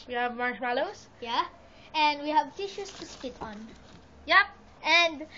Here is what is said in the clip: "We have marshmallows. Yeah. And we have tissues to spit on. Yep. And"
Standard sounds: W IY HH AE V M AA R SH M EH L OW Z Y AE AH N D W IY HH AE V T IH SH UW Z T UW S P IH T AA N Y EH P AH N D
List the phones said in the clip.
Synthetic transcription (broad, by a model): W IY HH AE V M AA R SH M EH L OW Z Y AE AH N D W IY HH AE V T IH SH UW S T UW S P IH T AA N Y EH P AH N D